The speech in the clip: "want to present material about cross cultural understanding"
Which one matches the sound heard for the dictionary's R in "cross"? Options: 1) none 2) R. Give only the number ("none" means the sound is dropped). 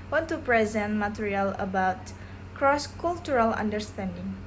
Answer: 2